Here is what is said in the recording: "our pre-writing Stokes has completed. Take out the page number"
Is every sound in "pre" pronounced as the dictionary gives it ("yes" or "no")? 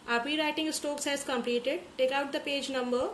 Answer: no